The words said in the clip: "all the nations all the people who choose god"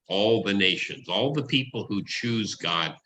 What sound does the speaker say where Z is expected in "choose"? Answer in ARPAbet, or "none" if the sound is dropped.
Z